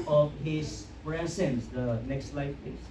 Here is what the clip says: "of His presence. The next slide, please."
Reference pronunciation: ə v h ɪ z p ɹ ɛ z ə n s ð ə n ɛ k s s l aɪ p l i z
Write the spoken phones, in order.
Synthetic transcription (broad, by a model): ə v h ɪ z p ɹ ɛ s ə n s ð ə n ɛ k s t l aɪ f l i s